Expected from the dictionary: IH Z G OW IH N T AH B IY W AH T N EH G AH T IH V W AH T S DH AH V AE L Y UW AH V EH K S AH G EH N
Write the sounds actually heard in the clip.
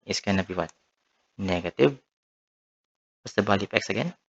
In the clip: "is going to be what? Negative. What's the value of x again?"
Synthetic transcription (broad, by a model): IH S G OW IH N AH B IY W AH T N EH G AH T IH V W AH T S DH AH B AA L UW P EH K S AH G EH N